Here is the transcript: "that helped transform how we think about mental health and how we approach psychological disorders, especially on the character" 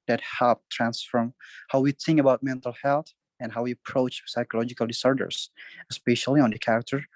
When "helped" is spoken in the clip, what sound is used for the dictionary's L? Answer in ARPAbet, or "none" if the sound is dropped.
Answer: none